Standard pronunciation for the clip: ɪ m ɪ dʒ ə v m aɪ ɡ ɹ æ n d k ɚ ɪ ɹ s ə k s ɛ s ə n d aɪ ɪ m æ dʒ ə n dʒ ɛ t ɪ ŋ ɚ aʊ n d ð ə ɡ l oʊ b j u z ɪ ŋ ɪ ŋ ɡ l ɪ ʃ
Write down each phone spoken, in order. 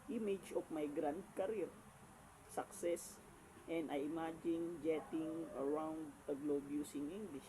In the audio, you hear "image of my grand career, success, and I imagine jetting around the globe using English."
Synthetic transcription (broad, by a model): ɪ m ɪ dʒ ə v m aɪ ɡ ɹ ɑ n d k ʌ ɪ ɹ s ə k s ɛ s ə n d aɪ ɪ m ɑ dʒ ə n dʒ ɛ t ɪ ŋ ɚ aʊ n d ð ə ɡ l oʊ b j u s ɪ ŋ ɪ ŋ ɡ l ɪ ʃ